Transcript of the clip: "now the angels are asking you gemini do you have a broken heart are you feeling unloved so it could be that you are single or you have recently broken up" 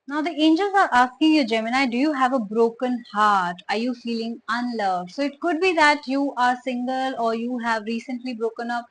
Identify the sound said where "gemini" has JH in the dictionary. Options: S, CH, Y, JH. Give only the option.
JH